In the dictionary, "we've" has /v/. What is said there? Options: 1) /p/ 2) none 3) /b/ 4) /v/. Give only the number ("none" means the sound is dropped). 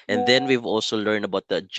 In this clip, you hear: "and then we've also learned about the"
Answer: 4